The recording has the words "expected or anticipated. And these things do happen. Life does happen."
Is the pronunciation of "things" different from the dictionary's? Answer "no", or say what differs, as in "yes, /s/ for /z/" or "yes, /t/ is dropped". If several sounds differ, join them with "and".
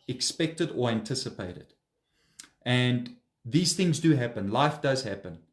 no